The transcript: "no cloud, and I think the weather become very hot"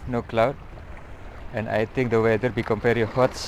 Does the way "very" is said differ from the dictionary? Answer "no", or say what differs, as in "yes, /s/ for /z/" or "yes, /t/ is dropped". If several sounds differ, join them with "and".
yes, /p/ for /v/